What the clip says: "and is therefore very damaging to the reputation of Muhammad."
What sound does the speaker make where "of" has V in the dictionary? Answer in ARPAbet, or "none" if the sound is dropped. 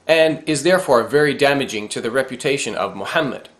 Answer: V